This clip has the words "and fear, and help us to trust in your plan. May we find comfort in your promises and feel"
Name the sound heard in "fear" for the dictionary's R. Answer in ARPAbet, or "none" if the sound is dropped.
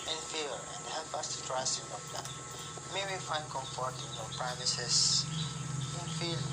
L